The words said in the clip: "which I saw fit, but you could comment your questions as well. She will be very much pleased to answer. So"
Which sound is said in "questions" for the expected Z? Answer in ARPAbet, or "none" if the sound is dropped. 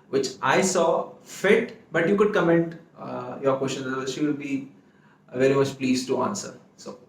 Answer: none